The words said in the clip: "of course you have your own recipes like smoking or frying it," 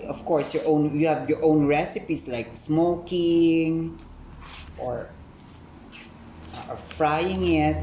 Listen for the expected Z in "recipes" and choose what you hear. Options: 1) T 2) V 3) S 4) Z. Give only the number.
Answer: 3